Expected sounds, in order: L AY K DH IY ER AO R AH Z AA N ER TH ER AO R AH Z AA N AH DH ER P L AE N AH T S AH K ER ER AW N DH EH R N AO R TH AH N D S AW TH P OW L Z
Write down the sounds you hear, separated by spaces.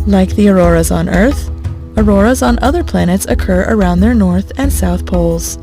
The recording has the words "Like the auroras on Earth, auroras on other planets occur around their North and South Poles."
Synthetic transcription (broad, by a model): L AY K DH IY ER AO R AH Z N ER TH ER AO R AH Z N AH DH ER P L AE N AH T S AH K ER ER AW N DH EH R N AO R TH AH N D S AW TH P OW L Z